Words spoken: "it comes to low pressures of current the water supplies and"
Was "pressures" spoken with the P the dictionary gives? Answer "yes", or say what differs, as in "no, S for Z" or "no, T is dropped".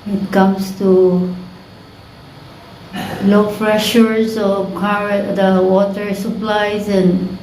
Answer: no, F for P